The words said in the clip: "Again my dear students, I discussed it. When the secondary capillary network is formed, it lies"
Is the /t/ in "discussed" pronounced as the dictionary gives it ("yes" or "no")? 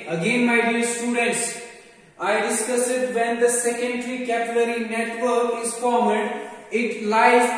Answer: no